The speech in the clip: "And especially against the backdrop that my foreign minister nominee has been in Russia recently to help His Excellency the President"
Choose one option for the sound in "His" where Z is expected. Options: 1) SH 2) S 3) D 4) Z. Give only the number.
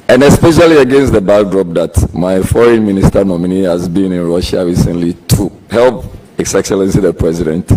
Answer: 2